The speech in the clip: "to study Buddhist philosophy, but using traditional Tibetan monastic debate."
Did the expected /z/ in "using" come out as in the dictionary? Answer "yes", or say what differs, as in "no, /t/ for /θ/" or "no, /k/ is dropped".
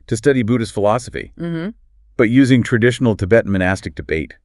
yes